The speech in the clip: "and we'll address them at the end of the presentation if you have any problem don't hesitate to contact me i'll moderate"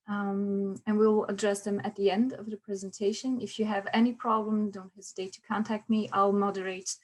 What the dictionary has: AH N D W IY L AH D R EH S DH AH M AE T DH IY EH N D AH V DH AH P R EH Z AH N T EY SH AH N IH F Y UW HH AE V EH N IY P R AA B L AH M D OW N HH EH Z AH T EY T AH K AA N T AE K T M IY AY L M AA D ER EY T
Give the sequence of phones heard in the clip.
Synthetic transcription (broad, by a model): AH N W IY L AH D R EH S DH AH M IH T DH IY EH N D AH V DH AH P R EH Z AH N T EY SH AH N IH F Y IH V EH N IY P R AA B L AH M D OW N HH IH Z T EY T AH K AA N T AE K T M IY AY L M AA D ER EY T